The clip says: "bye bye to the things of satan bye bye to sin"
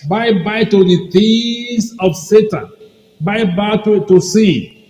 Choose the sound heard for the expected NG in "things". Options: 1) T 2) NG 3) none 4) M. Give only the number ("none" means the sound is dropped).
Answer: 3